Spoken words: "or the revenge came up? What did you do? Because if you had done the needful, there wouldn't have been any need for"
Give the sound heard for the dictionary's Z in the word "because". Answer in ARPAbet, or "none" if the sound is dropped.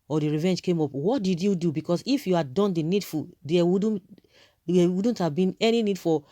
S